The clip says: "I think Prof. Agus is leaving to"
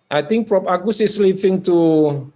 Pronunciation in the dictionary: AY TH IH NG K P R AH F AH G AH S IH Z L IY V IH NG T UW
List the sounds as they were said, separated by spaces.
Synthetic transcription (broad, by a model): AY T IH NG K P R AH P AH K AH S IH S L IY P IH NG T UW